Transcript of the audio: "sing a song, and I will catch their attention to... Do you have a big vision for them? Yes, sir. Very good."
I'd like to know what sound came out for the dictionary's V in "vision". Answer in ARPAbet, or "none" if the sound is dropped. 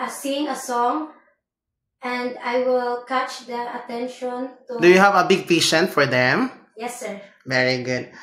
P